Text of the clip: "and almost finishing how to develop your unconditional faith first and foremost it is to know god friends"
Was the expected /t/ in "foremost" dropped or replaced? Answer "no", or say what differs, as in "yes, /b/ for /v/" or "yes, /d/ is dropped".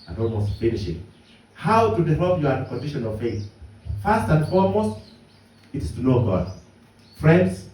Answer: no